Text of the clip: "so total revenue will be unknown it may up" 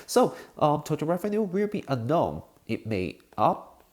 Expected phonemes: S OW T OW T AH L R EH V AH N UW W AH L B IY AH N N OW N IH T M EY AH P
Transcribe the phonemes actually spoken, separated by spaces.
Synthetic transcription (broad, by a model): S OW T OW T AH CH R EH F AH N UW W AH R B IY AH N N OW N IH T M EY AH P